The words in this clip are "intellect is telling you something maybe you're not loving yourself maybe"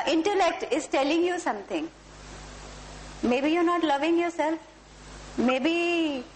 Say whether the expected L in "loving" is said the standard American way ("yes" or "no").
yes